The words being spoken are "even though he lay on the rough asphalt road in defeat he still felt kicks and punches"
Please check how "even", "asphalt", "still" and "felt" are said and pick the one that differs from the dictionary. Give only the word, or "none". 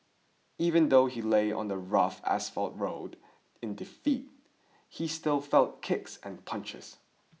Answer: none